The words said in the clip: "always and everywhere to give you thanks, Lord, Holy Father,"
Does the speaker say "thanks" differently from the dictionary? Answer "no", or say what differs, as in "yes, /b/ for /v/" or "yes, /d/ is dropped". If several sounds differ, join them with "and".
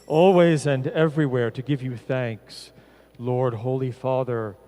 no